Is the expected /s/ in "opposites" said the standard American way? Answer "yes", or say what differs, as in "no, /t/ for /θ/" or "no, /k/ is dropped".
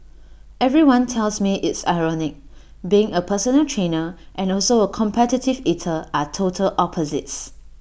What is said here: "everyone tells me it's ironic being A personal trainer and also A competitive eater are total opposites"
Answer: yes